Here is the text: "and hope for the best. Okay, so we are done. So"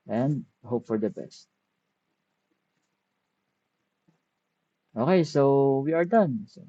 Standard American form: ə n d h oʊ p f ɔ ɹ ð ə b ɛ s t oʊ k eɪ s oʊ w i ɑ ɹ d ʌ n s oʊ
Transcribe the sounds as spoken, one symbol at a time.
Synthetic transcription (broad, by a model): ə n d h oʊ p f ɔ ɹ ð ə b ɛ s t oʊ k eɪ s oʊ w i ɑ ɹ d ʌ n s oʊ